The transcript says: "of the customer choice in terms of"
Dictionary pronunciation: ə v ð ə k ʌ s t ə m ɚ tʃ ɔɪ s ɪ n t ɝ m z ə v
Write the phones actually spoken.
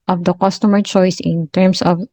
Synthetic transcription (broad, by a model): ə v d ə k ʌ s t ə m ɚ tʃ ɔɪ s ɪ n t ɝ m s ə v